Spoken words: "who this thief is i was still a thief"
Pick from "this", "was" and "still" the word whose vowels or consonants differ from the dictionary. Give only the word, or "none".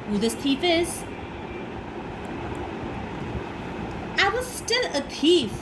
none